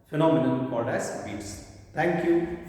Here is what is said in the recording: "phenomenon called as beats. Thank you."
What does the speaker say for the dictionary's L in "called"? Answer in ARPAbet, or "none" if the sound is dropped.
none